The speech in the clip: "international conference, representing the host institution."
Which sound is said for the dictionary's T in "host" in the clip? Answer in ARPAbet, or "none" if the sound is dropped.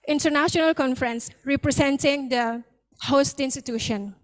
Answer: T